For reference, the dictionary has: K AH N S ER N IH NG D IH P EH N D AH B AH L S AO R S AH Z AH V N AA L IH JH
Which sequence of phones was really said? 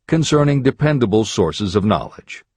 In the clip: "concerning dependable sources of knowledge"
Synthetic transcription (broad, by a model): K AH N S ER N IH NG D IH P EH N D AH B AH L S AO R S AH Z AH V N AA L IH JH